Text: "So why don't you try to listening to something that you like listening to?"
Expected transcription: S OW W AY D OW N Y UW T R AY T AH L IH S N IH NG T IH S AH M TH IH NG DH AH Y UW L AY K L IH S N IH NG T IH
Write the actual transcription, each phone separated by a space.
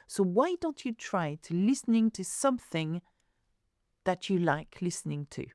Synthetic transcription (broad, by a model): S OW W AY D OW N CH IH T R AY T AH L IH S N IH NG T IH S AH M TH IH NG DH AH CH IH L AY K L IH S N IH NG T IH